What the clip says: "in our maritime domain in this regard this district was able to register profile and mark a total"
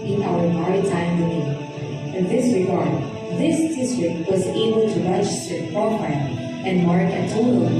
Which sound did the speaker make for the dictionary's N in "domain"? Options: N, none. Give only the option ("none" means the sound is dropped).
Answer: none